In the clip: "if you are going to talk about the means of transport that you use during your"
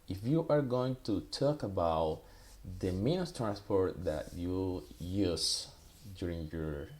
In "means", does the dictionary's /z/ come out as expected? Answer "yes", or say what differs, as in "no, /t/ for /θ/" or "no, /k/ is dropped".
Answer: no, /z/ is dropped